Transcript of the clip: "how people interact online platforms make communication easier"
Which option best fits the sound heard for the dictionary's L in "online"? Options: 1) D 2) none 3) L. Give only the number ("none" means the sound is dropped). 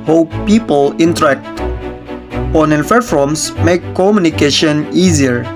2